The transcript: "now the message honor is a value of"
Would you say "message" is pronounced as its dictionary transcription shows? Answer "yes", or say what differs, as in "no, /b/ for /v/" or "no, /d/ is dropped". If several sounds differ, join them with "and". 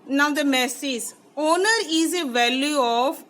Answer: no, /z/ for /dʒ/